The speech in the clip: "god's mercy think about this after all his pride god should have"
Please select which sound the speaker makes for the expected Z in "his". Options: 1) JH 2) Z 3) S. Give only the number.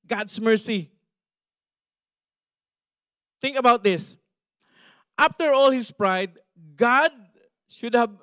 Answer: 3